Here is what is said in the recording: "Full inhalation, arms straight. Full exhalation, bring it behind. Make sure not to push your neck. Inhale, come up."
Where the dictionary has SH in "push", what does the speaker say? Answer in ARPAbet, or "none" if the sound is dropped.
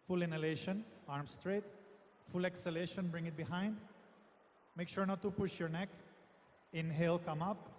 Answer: SH